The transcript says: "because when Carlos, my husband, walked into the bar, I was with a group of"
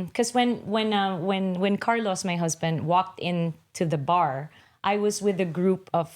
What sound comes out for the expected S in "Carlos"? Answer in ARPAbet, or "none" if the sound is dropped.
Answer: S